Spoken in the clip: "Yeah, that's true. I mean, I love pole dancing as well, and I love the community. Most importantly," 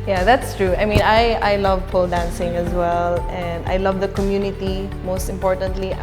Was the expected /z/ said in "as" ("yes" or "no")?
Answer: yes